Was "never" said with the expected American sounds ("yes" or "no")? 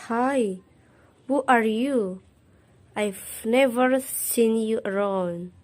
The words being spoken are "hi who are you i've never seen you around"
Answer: yes